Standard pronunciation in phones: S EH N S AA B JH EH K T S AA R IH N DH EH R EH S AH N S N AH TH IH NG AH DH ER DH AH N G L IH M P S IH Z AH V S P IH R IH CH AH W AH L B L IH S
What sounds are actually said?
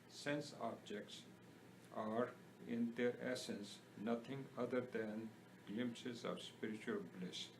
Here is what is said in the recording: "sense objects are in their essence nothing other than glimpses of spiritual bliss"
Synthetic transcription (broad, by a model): S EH N S AA B JH EH K T S AA R IH N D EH R EH S AH N S N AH T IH NG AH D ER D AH N G L IH M P S IH Z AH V S P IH R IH CH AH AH L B L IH S